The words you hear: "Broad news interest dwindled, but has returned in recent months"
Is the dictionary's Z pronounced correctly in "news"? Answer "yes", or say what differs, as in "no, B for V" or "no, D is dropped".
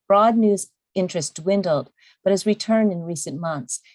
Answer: yes